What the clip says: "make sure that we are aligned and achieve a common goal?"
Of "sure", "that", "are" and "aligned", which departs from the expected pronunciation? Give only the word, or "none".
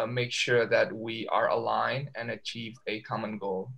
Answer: aligned